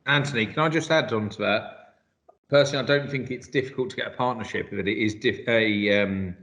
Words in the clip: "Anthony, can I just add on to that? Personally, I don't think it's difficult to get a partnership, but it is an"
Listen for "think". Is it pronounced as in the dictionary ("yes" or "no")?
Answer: yes